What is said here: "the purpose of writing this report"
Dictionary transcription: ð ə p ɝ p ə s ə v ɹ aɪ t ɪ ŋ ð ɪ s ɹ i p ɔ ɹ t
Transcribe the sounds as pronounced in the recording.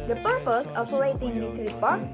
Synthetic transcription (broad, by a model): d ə p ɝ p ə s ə p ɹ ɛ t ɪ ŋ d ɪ s ɹ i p ɔ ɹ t